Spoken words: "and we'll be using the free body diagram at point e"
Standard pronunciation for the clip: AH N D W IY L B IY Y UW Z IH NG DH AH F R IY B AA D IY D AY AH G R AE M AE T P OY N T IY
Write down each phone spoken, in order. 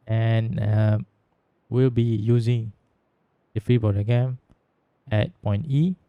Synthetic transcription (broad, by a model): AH N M W IY L B IY Y UW Z IH NG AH F R IY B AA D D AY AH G EH M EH T P OY N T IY